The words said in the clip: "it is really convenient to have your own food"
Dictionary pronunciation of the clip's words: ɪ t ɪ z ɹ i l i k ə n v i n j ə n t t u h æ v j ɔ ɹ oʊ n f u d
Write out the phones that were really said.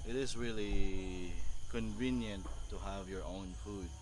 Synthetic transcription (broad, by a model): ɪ t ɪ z ɹ i l i k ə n v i n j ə n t t u h æ v j ɔ ɹ oʊ n f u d